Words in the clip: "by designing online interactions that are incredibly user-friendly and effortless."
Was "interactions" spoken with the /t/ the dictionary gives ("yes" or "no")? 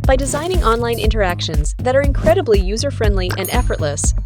yes